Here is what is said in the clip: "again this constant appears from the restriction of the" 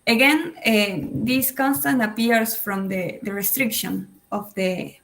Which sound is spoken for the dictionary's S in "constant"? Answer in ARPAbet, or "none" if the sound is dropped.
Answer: S